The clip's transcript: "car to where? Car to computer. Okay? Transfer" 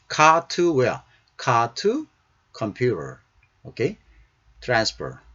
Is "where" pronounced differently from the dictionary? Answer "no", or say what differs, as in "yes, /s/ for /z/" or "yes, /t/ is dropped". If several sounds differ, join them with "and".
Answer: yes, /l/ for /ɹ/